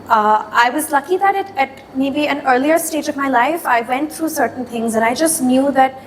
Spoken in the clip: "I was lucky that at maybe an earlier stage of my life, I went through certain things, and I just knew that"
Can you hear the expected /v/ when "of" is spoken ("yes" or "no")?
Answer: yes